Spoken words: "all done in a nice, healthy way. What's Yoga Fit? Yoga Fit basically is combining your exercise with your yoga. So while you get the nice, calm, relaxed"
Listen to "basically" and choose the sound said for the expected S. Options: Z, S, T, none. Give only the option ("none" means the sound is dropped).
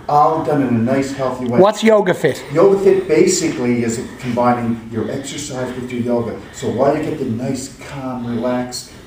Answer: S